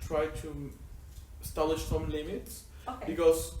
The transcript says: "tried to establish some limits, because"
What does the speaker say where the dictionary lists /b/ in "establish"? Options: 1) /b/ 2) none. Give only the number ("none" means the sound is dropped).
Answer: 2